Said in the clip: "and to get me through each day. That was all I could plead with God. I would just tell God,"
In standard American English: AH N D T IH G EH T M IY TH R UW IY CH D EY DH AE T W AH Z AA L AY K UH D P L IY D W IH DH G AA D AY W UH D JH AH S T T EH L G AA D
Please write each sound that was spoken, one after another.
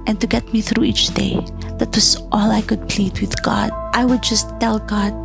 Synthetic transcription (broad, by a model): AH N T IH G EH T M IY TH R UW IY CH D EY DH AE T W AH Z AA L AY K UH D P L IY D W IH DH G AA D AY W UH D JH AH S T T EH L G AA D